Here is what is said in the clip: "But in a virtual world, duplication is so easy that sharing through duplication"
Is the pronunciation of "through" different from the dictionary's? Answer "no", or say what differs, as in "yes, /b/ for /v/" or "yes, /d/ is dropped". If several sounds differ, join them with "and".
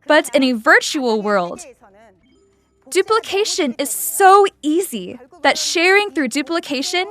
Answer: no